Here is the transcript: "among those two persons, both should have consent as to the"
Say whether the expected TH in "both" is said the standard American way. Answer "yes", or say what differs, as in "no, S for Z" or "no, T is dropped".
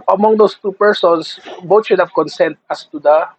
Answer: no, T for TH